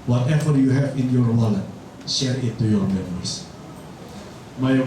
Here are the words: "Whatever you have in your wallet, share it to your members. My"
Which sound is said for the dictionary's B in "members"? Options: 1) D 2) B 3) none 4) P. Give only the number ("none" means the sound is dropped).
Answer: 3